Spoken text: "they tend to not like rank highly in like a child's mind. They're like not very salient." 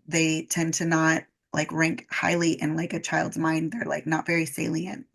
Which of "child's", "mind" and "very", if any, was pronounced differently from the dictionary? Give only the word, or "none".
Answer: none